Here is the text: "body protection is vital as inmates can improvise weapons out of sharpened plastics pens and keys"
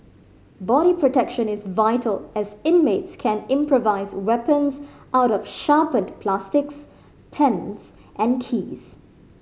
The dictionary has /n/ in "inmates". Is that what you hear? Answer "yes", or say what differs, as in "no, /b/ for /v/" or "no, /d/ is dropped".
yes